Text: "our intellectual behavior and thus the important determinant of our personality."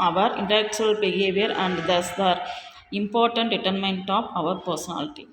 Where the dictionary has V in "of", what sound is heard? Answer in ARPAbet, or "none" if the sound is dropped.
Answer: V